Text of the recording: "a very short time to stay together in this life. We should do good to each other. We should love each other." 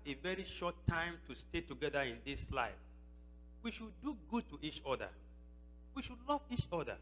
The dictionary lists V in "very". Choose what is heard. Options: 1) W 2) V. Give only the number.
2